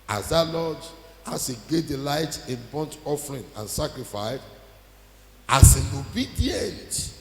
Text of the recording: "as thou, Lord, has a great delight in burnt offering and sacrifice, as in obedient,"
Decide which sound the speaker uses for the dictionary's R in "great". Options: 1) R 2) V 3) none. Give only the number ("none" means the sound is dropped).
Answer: 3